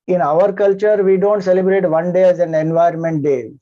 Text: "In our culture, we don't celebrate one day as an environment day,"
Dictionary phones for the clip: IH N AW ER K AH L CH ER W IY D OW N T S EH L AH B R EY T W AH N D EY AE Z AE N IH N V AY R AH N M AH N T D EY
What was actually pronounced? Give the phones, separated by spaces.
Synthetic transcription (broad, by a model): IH N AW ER K AH L CH ER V IY D OW N T S EH L AH B R EY T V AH N D EY AE Z AE N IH N V AY AH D M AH N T D EY